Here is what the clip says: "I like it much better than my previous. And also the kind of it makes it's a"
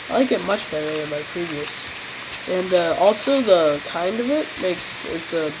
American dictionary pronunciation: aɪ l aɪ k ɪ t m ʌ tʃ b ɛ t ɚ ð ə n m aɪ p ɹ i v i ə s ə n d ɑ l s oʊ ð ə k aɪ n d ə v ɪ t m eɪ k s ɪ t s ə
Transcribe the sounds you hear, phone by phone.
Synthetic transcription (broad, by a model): aɪ l aɪ k ɪ t m ʌ tʃ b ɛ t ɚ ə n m aɪ p ɹ i v i ə s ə n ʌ ɑ l s oʊ ð ə k aɪ n d ə v ɪ t m eɪ k s ɪ t s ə